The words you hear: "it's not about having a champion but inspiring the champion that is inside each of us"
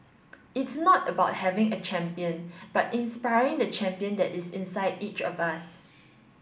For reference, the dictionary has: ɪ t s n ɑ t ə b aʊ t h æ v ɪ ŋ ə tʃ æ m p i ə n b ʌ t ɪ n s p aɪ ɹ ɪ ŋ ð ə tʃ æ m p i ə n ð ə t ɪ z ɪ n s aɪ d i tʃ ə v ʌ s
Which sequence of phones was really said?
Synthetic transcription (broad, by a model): ɪ t s n ɑ t ə b aʊ t h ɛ v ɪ ŋ ə tʃ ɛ m p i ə n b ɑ t ɪ n s p aɪ ɹ ɪ ŋ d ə tʃ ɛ m p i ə n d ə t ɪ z ɪ n s aɪ d i tʃ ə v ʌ s